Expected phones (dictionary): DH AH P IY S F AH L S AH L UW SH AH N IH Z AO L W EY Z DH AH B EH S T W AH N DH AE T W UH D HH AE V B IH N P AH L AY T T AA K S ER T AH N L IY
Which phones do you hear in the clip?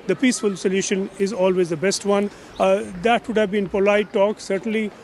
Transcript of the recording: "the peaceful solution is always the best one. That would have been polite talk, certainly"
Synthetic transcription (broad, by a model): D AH P IY S F AH L S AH L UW SH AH N IH Z AO L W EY Z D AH B EH S T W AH N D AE T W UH D HH AE V B IH N P AH L AY T T AA K S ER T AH N L IY